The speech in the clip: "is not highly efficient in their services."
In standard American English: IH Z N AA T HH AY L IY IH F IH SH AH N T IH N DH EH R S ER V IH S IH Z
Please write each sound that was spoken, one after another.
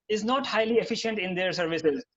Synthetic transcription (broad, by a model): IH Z N AA T HH AY L IY IH F IH SH AH N T IH N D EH R S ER V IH S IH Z